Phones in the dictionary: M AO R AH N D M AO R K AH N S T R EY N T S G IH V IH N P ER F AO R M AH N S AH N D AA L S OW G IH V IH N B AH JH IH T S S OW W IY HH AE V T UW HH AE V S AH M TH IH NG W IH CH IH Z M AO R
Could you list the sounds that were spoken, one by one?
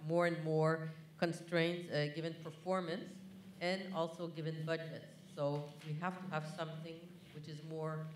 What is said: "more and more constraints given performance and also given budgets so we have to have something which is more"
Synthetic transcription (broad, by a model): M AO R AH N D M AO R K AH N S T R EY N T S G IH V IH N P ER F AO R M AH N S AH N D AA L S OW G IH V IH N B AH JH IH T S S OW W IY HH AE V T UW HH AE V S AH M TH IH NG W IH CH IH Z M AO R